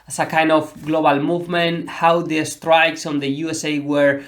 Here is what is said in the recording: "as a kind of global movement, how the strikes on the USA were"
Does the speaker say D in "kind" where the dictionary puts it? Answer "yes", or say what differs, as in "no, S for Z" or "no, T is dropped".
yes